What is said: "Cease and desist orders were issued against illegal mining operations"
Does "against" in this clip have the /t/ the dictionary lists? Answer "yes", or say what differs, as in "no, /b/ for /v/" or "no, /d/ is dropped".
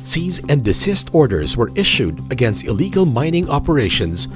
yes